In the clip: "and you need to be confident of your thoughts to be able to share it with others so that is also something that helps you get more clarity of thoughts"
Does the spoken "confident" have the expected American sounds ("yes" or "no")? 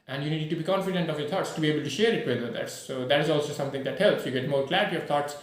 yes